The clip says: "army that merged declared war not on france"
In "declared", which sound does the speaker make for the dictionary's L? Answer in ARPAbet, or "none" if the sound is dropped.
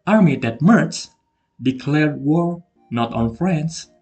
L